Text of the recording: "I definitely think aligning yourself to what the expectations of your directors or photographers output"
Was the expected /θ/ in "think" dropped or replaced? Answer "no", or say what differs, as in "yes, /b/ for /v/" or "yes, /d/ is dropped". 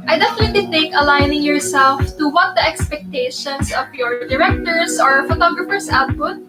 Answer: yes, /t/ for /θ/